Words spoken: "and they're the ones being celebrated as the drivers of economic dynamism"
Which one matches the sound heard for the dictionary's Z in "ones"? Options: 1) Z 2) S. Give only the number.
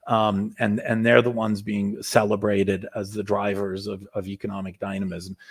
1